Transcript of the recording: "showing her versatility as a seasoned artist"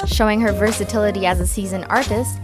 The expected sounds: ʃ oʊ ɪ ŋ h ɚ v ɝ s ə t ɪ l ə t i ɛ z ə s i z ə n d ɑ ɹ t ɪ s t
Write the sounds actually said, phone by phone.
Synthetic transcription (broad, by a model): ʃ oʊ ɪ ŋ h ɚ v ɝ s ə t ɪ l ə t i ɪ z ə s i z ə n ɑ ɹ t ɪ s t